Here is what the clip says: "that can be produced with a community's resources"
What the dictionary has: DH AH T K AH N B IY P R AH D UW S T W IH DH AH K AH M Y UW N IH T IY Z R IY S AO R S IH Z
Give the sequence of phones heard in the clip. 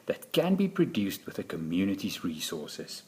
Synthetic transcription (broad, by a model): DH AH T K AH N B IY P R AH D UW S T W IH DH AH K AH M Y UW N IH T IY Z R IY S AO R S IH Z